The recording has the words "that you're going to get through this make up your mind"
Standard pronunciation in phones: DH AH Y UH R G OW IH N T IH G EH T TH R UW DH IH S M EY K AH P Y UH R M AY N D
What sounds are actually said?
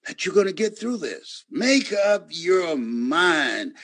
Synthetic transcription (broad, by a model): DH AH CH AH R G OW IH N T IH G EH T TH R UW DH IH S M EY K AH P Y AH R M AY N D